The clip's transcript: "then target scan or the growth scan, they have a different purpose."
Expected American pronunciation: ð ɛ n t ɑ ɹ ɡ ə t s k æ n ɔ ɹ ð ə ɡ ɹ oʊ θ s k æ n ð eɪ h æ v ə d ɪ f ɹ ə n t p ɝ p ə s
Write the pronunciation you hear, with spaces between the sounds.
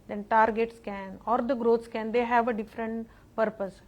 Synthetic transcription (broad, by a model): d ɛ n t ɑ ɹ ɡ ə t s k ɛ n ɔ ɹ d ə ɡ ɹ oʊ t s k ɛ n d eɪ h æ v ə d ɪ f ɹ ə n t p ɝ p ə s